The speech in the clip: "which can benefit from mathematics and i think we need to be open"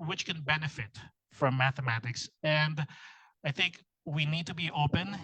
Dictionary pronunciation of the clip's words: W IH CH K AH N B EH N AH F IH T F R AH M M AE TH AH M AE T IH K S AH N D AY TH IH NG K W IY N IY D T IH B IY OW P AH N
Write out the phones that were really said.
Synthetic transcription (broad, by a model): W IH CH K AH N B EH N AH F IH T F R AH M M AE TH AH M AE T IH K S AH N D AY TH IH NG K W IY N IY D T IH B IY OW P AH N